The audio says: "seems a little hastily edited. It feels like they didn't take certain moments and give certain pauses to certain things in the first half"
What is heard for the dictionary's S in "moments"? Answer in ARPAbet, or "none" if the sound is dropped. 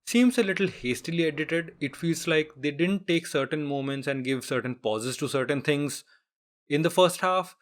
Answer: S